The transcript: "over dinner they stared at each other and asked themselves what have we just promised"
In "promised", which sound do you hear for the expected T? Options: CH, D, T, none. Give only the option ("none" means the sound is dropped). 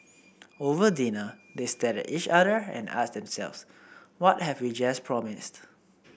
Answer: T